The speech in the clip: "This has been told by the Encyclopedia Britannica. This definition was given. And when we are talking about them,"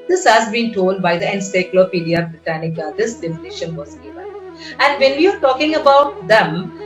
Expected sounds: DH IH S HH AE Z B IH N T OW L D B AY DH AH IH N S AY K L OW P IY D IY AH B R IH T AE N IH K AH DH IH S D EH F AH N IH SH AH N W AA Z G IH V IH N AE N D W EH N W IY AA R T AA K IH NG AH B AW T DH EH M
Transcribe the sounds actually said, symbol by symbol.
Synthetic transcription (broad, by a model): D IH S HH AE Z B IH N T OW L D B AY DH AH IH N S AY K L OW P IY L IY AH B R IH T AE N IH K AH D IH S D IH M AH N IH SH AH N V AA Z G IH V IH AE N D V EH N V IY AA R T AA K IH NG AH B AW T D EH M